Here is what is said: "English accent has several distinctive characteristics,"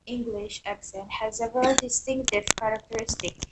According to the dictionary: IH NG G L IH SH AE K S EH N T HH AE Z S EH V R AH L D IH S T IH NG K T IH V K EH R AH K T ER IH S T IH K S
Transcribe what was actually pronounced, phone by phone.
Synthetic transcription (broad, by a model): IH NG G L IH SH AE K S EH N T HH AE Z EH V AH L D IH S T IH NG K T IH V K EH R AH K T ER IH S T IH K S